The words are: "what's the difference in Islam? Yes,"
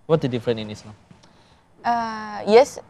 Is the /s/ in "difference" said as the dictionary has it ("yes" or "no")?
no